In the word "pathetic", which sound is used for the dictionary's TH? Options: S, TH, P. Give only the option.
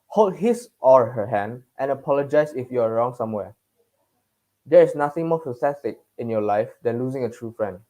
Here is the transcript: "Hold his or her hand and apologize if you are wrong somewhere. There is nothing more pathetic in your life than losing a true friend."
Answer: S